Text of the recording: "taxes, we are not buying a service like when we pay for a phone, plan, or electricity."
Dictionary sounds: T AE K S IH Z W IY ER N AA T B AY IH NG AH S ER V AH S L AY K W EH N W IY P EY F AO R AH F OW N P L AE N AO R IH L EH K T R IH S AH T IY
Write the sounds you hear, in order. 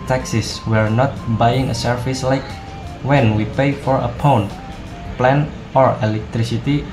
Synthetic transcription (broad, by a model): T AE K S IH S W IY ER N AA T B AY IH NG AH S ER F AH S L AY K W EH N W IY P EY F AO R AH P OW N P L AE N AO R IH L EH K T R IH S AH T IY